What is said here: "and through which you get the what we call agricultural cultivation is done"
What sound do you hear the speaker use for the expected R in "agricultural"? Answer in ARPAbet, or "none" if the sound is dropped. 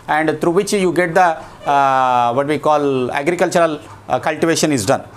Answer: R